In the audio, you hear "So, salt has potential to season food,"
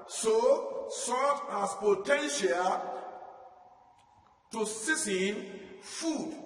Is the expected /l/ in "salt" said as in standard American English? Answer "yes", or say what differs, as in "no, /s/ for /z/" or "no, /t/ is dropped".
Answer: no, /l/ is dropped